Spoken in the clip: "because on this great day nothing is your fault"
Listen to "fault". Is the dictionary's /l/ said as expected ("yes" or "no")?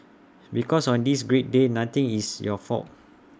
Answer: no